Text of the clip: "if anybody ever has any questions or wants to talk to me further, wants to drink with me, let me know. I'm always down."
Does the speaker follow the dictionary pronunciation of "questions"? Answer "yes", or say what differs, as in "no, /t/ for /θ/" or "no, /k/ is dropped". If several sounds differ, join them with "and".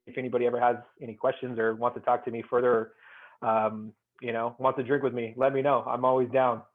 yes